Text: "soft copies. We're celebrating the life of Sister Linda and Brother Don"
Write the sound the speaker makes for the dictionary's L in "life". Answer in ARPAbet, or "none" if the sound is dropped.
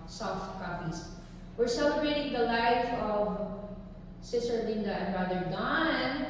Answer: L